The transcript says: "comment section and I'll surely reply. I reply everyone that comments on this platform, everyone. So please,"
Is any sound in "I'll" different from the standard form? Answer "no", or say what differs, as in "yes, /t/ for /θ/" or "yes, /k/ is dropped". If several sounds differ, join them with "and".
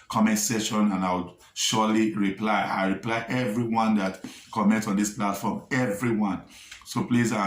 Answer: yes, /w/ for /l/